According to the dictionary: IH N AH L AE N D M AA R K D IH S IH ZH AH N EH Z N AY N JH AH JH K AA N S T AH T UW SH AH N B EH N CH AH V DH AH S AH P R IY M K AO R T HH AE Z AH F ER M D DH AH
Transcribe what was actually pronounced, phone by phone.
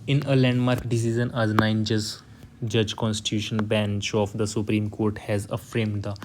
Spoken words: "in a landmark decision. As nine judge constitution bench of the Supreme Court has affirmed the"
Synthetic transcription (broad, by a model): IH N AH L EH N D M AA R K D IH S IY Z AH N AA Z N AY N JH AH JH K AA N S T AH T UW SH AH N B EH N CH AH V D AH S AH P R IY M K AO R T HH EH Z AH F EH M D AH